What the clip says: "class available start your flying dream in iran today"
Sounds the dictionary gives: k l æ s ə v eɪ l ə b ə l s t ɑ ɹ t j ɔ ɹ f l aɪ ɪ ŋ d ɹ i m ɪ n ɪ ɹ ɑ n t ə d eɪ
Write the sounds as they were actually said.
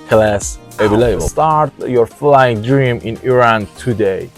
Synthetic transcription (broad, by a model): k l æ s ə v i l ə ə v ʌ t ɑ ɹ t j ɔ ɹ f l aɪ ɪ ŋ d ɹ i m ɪ n ɪ ɹ ɑ n t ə d eɪ